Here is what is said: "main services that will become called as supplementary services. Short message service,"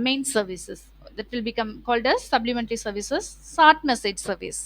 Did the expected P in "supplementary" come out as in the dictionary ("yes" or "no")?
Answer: no